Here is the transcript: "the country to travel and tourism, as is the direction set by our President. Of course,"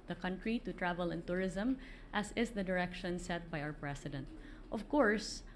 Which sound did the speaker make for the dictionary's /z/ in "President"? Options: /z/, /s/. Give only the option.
/s/